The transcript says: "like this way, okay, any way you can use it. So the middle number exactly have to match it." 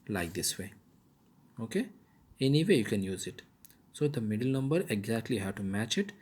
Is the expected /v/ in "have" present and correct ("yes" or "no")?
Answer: no